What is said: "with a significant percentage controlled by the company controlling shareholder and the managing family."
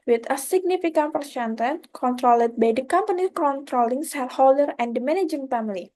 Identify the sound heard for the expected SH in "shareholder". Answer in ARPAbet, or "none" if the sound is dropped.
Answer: S